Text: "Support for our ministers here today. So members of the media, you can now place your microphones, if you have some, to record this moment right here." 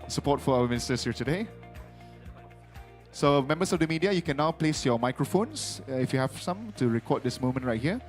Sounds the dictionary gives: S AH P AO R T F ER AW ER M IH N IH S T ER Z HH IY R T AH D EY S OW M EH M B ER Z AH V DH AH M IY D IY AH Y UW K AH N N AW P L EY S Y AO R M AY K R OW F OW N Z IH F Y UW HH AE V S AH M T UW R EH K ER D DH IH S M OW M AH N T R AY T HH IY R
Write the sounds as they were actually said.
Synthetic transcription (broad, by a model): S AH P AO T F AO AW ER M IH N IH S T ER S HH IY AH T AH D EY S OW M EH M B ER S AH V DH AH M IY D IY AH Y UW K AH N N AW P L EY S Y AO M AY K R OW F OW N S IH F Y UW HH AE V S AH M T UW R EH K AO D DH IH S M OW M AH N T R AY T HH IY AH